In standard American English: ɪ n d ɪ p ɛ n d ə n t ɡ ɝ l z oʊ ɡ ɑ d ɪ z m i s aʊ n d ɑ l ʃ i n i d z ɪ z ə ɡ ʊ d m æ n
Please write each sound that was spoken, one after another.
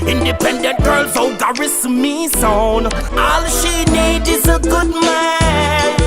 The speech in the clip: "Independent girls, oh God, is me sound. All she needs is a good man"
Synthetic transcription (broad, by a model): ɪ n d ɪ p ɛ n d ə n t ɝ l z oʊ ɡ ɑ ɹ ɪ s m i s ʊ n ɑ l ʃ i n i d ɪ z ə ɡ ʊ d m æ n